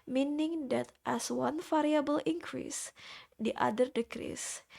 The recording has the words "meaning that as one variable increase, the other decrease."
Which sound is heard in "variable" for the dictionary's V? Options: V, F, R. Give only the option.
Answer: F